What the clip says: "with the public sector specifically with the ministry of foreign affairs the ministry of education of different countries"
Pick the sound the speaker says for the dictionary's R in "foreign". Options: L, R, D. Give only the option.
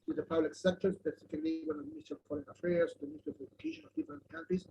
L